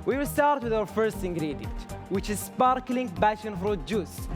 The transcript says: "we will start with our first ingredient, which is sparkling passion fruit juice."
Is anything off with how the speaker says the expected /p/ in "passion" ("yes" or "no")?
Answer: yes